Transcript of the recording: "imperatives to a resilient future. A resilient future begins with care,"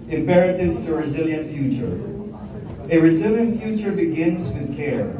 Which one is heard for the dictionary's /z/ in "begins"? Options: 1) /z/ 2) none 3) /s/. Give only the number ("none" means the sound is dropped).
1